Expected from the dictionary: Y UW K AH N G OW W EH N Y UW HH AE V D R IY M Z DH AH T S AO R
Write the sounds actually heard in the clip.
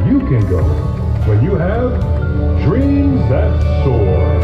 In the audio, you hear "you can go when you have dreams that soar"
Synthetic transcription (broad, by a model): Y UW K AH N G OW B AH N Y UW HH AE V D R IY M Z DH AH T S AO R